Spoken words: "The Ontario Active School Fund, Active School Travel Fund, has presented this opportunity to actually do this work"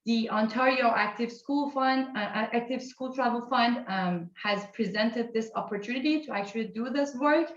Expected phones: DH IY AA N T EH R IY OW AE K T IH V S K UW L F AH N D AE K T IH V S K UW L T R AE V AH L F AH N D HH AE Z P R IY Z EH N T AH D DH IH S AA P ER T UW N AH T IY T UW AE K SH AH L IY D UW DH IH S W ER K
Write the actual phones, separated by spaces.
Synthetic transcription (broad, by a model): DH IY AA N T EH R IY OW AE K T IH V S K UW L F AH N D AE K T IH V S K UW L T R AE V AH L F AH N D HH AE Z P R IY Z EH N T AH D DH IH S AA P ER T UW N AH T IY T UW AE K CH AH L IY D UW DH IH S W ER K